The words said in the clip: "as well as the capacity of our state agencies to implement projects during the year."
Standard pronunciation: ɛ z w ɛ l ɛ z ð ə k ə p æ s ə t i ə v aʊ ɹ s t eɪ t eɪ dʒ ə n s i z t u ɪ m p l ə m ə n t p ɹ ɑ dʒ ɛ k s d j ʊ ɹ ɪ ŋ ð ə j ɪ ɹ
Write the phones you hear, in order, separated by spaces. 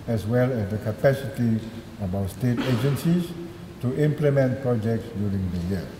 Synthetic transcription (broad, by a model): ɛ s w ɛ l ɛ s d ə k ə p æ s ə t i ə b aʊ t s t eɪ t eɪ dʒ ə n s i s t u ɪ m p l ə m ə n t p ɹ ɑ dʒ ɛ k s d j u ɹ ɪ ŋ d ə j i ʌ